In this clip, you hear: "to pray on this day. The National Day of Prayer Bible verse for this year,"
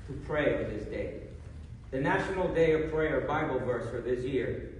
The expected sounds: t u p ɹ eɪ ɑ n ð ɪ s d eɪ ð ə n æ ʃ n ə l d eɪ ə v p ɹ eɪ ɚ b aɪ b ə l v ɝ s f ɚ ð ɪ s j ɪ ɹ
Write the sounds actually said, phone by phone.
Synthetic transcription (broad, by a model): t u p ɹ eɪ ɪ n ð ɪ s d eɪ ð ə n æ ʃ n l d eɪ ə v p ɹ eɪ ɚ b aɪ b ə l v ɝ s f ɚ ð ɪ s j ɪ ɹ